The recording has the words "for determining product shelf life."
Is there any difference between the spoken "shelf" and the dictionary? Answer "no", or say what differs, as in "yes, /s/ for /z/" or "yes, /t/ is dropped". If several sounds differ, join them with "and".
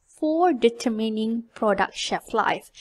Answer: yes, /l/ is dropped